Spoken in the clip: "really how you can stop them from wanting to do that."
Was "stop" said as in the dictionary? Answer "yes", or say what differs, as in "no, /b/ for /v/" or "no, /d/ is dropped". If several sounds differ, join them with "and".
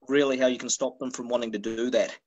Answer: yes